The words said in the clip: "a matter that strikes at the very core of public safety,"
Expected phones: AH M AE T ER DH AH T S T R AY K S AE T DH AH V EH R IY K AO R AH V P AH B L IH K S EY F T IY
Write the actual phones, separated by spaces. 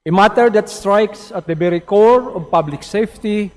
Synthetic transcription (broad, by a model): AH M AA T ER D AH T S T R AY K S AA T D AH B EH R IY K AO R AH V P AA B L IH K S EY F T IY